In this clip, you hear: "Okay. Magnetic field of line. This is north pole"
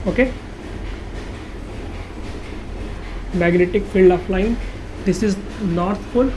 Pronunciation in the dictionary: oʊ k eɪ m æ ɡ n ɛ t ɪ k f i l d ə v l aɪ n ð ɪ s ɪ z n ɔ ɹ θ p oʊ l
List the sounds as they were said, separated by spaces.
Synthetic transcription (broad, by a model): oʊ k eɪ m æ ɡ n ɛ t ɪ k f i l d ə f l aɪ n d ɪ s ɪ z n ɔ ɹ t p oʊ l